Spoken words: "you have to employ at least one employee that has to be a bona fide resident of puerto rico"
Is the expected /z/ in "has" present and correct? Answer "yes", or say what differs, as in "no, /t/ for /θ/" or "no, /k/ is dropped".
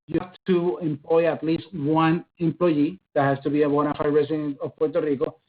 no, /s/ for /z/